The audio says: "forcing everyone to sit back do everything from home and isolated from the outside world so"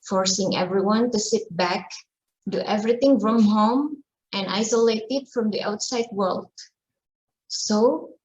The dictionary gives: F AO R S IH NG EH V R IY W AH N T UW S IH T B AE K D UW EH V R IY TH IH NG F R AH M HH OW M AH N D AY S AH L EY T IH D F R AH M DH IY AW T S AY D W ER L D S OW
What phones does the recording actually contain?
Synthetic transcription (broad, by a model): F AO R S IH NG EH V R IY W AH N T UW S IH T B AE K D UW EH V R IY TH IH NG F R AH M HH OW M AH N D AY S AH L EY T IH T F R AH M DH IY AW T S AY D W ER L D S OW